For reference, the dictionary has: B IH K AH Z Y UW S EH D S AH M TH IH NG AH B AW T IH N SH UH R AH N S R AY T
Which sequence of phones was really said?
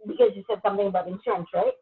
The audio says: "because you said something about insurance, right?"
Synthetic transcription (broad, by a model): B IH K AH Z Y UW S EH D S AH M TH IH NG AH B AW T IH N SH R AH N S R AY T